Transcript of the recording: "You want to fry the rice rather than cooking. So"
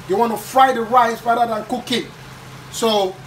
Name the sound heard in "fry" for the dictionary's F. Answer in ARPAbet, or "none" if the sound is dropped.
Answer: F